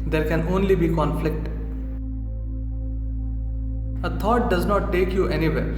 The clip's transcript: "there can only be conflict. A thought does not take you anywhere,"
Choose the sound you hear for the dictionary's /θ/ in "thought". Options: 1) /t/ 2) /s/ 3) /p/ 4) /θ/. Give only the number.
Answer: 1